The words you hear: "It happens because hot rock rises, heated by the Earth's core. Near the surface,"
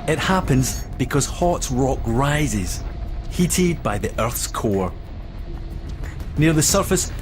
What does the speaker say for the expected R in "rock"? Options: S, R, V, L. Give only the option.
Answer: R